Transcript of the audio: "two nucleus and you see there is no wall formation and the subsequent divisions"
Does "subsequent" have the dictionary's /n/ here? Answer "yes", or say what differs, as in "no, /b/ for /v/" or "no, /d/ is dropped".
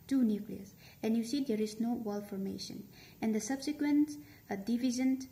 yes